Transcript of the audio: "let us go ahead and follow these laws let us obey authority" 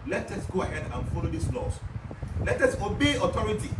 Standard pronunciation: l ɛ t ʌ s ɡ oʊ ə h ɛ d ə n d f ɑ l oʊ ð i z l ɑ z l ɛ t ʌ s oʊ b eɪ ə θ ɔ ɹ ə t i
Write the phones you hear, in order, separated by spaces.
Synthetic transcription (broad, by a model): l ɛ t ʌ s ɡ oʊ ə h ɛ d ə n f ɑ l oʊ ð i s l ɑ s l ɛ t ʌ s oʊ b eɪ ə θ ɔ ɹ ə t i